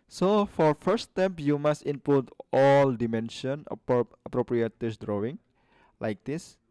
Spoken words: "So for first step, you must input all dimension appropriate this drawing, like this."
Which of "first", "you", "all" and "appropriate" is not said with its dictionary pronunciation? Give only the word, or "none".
first